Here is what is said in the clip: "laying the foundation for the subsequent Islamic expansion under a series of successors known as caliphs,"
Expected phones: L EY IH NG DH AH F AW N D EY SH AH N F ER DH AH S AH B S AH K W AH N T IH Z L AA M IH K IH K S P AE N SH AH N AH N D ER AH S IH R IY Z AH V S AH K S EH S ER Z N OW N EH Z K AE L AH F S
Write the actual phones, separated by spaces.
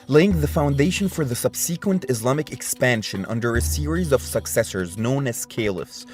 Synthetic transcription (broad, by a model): L EY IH NG DH AH F AW N D EY SH AH N F ER DH AH S AH B S AH K W AH N T IH Z L AA M IH K IH K S P AE N SH AH N AH N D ER AH S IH R IY Z AH V S AH K S EH S ER Z N OW N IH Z K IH L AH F S